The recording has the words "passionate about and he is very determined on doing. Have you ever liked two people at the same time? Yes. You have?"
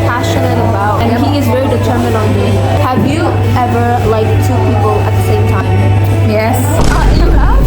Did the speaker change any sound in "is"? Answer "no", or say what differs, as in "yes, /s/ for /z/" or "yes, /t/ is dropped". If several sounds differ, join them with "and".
no